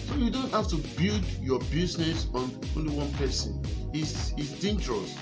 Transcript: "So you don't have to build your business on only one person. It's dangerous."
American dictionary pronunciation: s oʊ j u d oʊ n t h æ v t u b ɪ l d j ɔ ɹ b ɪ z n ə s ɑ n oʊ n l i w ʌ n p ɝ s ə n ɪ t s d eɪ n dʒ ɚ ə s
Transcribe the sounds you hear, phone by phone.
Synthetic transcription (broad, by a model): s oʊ j u d oʊ n t h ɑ f t u b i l d j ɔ b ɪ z n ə s ɑ n oʊ n l i w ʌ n p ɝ s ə n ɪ s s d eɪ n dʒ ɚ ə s